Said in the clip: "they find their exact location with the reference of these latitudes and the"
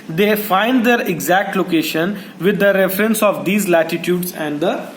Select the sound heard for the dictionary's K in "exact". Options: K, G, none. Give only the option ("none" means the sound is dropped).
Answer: K